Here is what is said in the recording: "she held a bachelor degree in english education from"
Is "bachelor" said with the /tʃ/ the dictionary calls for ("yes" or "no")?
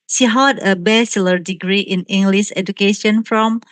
no